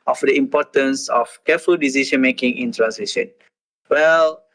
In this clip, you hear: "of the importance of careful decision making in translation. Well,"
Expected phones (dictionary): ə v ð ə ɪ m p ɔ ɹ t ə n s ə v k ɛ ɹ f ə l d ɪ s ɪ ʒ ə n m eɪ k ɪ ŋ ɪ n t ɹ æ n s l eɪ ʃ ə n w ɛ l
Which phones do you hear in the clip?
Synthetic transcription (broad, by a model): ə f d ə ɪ m p ɔ t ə n s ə f k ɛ f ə l d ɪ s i ʃ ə n m eɪ k ɪ ŋ ɪ n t ɹ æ n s eɪ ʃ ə n w ɛ l